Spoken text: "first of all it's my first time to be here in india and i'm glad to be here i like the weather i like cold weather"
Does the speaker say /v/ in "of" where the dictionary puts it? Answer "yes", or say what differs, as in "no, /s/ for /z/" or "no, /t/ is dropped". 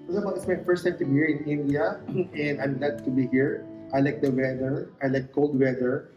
no, /b/ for /v/